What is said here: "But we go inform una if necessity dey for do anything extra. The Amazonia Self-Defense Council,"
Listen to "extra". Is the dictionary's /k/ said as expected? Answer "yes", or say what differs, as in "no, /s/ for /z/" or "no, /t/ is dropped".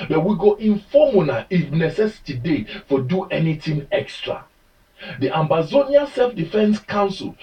yes